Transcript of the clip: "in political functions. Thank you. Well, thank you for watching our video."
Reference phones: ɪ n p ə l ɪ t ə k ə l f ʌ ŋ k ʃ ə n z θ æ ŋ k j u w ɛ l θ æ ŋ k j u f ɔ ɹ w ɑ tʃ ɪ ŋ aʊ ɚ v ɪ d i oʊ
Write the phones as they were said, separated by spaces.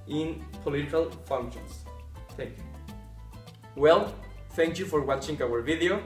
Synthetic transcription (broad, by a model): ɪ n p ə l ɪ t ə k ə l f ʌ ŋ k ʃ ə n s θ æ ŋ k j u w ɛ l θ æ ŋ k j u f ɔ ɹ w ɑ tʃ ɪ ŋ aʊ ɚ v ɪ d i oʊ